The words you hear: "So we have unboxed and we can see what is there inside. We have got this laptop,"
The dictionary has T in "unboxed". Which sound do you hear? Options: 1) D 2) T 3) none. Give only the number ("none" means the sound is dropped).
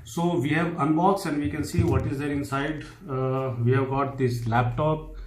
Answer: 3